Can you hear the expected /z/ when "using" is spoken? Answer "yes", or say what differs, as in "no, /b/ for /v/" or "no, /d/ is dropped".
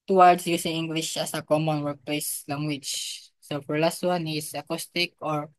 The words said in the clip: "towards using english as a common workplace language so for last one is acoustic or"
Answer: no, /s/ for /z/